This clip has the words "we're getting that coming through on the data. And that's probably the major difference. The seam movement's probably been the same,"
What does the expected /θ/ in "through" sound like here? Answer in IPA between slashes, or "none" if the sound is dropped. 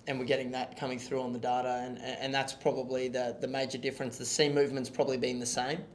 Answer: /θ/